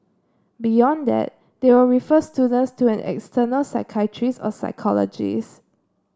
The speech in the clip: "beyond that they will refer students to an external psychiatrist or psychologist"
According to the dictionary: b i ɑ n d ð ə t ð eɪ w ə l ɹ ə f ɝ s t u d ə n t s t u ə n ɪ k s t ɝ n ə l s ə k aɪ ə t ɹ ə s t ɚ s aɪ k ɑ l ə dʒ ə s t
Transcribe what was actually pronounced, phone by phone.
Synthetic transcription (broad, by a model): b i ɑ n d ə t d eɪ w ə ɹ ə f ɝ s t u d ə n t s t u ə n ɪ k s t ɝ n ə l s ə k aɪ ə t ɹ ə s ɔ s aɪ k ɑ l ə dʒ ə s